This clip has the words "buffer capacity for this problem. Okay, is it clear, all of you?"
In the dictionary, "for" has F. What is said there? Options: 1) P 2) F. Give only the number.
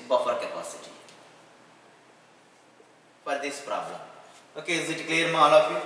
1